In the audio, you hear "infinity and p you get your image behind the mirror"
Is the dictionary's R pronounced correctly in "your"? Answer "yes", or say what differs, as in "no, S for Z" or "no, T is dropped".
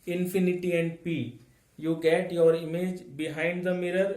yes